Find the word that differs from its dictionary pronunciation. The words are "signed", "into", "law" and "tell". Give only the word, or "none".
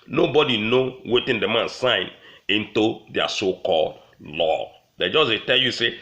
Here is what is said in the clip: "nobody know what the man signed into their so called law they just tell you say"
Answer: signed